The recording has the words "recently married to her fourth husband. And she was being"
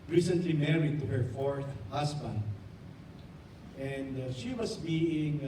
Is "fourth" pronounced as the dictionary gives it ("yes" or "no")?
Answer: yes